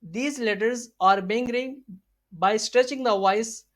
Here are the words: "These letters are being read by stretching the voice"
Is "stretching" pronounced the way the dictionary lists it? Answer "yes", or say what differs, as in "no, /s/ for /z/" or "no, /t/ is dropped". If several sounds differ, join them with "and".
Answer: yes